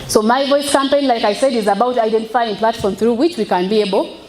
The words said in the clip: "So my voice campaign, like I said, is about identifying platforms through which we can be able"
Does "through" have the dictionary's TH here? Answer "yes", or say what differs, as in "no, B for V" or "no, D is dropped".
yes